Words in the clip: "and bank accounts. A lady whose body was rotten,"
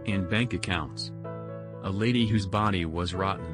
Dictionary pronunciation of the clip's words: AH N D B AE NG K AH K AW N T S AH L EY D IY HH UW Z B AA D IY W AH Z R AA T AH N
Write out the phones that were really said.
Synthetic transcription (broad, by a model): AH N B AE NG K AH K AW N T S AH L EY D IY HH UW Z B AA D IY W AH Z R AA T N